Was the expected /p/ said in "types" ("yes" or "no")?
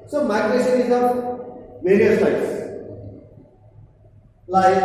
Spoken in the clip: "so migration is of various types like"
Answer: no